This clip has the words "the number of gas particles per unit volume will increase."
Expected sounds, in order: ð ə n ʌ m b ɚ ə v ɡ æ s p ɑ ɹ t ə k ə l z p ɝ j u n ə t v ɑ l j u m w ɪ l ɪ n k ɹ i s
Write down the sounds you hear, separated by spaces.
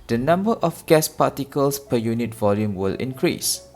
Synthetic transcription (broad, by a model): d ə n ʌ m b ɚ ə f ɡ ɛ s p ɑ t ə k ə l s p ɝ j u n ə t v ɑ l j u m w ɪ l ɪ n k ɹ i s